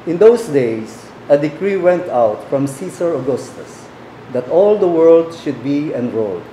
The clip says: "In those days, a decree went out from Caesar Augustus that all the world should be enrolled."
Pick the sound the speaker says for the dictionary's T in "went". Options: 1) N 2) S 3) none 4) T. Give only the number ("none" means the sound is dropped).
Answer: 4